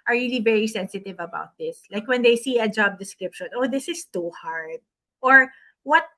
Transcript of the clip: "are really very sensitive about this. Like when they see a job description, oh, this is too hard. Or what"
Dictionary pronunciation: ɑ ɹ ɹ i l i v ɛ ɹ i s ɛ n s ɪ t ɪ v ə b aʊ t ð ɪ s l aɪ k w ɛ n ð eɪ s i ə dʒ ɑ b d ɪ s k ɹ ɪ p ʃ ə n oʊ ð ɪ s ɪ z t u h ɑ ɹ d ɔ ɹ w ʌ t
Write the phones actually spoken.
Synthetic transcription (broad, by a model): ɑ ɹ ɹ i l i v ɛ ɹ i s ɛ n s ɪ t ɪ v ə b aʊ t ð ɪ s l aɪ k w ɛ n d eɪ s i ə dʒ ɑ b d ɪ s k ɹ ɪ p ʃ ə n oʊ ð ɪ s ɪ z t u h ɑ ɹ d ɔ ɹ w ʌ t